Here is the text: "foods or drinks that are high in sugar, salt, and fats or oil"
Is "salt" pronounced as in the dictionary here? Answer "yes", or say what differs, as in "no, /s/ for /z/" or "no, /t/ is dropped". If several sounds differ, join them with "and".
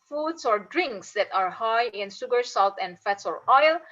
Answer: yes